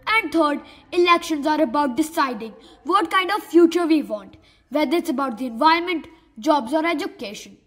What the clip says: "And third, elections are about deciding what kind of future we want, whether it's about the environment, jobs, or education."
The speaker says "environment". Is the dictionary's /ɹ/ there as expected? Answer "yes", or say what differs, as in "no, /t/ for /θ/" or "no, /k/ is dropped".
no, /ɹ/ is dropped